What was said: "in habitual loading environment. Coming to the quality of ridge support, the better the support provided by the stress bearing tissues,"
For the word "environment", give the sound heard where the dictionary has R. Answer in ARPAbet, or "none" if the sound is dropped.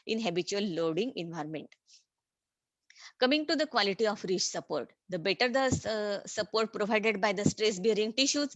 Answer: R